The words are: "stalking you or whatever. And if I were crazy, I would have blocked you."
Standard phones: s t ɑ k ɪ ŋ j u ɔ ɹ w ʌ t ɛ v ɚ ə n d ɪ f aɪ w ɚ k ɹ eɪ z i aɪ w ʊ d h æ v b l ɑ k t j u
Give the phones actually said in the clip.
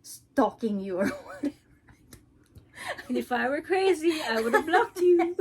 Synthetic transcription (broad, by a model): s t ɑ k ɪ ŋ j u ɔ ɹ w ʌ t ɛ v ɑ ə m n ɪ f aɪ w ɚ k ɹ eɪ z i aɪ w ʊ d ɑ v b l ɑ k t j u